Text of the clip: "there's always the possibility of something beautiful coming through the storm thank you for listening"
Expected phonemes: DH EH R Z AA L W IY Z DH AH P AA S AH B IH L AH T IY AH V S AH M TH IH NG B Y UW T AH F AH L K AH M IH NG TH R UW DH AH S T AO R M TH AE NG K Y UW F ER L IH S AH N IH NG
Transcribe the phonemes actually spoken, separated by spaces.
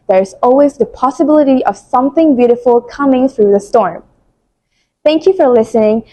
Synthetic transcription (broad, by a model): DH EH R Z AA L W IY Z DH AH P AA S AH B IH L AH T IY AH V S AH M TH IH NG B Y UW T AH F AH L K AH M IH NG TH R UW DH AH S T AO R M TH AE NG K Y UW F ER L IH S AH N IH NG